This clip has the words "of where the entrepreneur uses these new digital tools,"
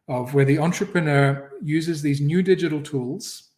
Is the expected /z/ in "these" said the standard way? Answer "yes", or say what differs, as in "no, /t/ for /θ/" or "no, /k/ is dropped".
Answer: yes